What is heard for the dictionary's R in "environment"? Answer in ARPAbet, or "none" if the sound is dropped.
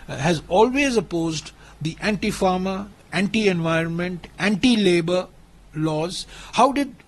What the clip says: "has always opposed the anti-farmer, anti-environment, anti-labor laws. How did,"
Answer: R